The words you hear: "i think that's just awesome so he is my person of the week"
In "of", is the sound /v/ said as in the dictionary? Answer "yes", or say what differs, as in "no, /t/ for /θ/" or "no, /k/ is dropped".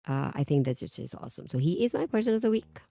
yes